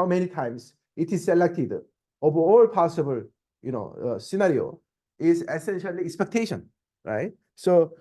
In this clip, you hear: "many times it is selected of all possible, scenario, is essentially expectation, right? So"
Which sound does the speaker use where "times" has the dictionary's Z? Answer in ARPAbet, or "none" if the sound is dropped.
S